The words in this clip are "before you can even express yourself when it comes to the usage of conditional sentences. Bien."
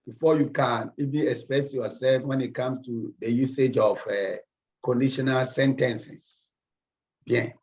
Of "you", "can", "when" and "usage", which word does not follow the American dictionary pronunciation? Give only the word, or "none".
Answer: none